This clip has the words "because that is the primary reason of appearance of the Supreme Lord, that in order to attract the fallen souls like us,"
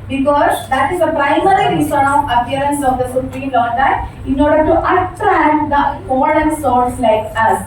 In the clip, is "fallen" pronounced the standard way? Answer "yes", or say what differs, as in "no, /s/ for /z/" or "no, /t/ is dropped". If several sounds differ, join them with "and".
no, /n/ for /l/